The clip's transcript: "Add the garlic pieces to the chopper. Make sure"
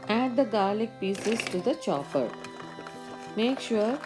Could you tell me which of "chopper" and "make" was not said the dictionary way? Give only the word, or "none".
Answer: chopper